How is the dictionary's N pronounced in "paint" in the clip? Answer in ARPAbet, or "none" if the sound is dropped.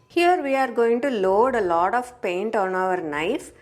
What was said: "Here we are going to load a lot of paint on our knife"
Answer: N